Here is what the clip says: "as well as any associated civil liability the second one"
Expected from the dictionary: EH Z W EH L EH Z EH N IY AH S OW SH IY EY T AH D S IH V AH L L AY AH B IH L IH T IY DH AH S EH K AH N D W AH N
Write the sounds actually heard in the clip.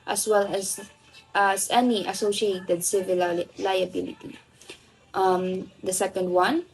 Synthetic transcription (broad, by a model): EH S W EH L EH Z EH N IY AH S OW SH IY EY T AH D S IH V AH L L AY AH B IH L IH T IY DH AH S EH K AH N D W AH N